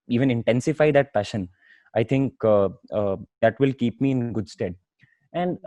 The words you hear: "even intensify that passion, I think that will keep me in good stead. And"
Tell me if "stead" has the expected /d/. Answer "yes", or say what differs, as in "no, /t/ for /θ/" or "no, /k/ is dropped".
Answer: yes